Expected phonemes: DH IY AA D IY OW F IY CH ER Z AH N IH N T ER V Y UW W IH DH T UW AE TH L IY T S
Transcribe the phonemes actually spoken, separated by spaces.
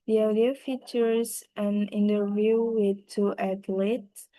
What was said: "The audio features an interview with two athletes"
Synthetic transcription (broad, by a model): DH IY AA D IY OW F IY CH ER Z AH N IH N T ER V Y UW W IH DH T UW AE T L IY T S